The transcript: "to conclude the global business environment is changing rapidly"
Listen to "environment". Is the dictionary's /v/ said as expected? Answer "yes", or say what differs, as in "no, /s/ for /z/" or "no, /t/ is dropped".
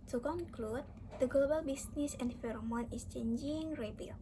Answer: no, /f/ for /v/